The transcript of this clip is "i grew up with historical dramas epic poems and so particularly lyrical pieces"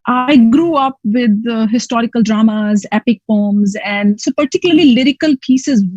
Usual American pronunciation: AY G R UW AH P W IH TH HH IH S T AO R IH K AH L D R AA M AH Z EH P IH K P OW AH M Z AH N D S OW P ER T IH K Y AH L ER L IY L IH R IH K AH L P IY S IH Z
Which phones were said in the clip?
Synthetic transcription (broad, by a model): AY G R UW AH P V IH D HH IH S T AO R IH K AH L D R AA M AH Z EH P IH K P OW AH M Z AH N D S OW P ER T IH K Y AH L ER L IY L IH R IH K AH L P IY S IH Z